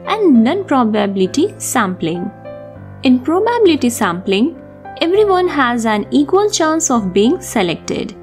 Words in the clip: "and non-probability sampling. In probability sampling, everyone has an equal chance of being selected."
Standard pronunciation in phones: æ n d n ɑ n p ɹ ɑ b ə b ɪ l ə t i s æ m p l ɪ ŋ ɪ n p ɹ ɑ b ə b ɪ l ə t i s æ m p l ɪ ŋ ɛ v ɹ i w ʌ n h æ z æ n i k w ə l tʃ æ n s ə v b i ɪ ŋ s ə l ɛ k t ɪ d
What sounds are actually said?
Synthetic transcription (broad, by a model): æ n d n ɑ n p ɹ ɑ b ə b ɪ l ə t i s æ m p l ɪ ŋ ɪ n p ɹ ɑ b ə b ɪ l ə t i s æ m p l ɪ ŋ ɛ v ɹ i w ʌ n h æ z æ n i k w ə l tʃ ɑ n s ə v b i ɪ ŋ s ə l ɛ k t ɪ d